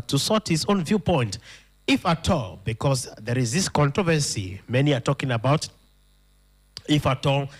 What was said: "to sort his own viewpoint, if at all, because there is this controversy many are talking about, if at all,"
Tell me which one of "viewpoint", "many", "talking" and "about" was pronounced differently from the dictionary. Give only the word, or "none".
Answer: none